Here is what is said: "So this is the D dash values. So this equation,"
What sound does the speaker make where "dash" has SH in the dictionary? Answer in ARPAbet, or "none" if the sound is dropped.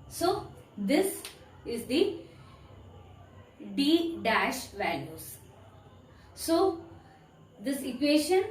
SH